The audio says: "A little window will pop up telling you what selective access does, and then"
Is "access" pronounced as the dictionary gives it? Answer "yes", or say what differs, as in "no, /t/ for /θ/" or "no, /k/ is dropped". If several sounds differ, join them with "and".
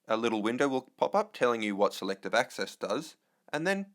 yes